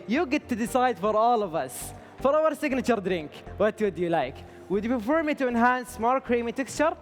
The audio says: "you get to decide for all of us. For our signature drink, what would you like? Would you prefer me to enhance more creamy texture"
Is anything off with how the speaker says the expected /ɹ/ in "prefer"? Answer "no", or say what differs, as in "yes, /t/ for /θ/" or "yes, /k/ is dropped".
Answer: yes, /ɹ/ is dropped